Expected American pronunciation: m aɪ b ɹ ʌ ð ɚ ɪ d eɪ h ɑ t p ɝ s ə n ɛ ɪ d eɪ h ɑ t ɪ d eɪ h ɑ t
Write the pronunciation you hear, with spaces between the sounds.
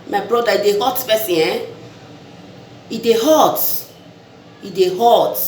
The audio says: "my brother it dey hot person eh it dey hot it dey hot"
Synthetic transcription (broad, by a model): m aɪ b ɹ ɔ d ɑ ɪ d eɪ h ɑ t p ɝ s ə ɛ ɪ d eɪ h ɑ t ɪ d eɪ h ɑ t